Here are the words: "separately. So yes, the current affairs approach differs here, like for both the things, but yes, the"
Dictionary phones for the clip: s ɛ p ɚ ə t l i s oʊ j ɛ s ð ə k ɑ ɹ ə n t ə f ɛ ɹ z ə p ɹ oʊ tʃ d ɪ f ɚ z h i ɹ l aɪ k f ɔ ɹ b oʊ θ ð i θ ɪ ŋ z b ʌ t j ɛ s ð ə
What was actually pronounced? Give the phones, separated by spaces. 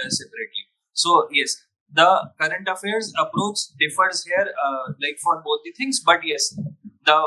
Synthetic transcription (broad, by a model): s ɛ p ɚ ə t l i s oʊ j ɛ s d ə k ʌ ɹ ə n t ə f ɛ ɹ z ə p ɹ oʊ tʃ d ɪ f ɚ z h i ɹ l aɪ k f ɔ ɹ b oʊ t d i t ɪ ŋ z b ʌ t j ɛ s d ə